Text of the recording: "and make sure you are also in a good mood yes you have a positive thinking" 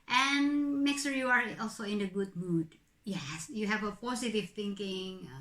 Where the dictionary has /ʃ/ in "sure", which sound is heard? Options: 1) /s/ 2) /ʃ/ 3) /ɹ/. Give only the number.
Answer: 1